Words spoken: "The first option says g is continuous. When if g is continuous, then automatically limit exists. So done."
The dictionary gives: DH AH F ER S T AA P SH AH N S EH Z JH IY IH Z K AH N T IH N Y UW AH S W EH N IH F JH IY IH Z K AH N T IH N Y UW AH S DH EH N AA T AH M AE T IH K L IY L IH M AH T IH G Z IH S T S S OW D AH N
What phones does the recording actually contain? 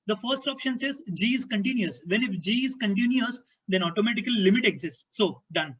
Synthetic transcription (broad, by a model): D AH F ER S T AA P SH AH N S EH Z JH IY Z K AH N T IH N Y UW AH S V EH N IH F JH IY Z K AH N T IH N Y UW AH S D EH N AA T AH M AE T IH K IY L IH M AH T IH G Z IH S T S S OW D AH N